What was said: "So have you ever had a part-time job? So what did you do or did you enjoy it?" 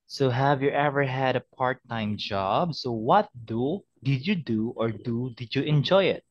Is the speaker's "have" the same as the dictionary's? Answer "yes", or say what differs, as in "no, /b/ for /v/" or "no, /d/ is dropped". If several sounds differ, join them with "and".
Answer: yes